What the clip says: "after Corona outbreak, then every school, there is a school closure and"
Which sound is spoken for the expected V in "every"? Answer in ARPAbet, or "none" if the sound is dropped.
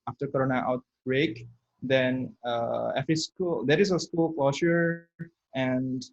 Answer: F